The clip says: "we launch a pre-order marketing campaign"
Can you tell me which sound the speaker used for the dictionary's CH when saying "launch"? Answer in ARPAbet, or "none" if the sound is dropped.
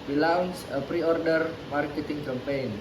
S